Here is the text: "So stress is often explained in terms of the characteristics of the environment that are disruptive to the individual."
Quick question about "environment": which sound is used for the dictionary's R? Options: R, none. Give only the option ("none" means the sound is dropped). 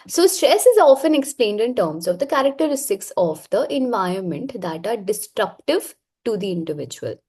none